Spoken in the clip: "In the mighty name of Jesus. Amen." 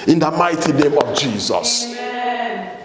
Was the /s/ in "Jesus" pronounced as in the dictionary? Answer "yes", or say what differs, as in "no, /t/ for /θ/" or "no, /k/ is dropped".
yes